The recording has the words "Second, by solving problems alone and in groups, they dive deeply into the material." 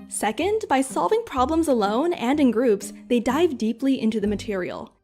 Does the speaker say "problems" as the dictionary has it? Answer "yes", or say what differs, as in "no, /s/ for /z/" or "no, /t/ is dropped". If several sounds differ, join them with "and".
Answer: yes